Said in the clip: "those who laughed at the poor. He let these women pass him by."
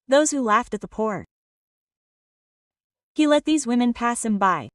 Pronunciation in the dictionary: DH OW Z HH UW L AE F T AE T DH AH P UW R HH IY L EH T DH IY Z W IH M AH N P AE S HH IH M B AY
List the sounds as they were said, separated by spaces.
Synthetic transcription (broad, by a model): DH OW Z HH UW L AE F T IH T DH AH P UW R HH IY L EH T DH IY Z W IH M AH N P AE S HH IH M B AY